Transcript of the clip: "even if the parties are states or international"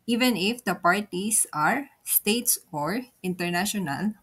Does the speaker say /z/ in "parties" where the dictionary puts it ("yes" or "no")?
no